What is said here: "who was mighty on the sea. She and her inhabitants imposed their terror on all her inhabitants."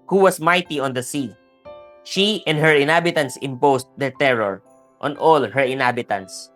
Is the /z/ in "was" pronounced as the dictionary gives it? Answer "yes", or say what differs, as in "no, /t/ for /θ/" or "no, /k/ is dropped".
no, /s/ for /z/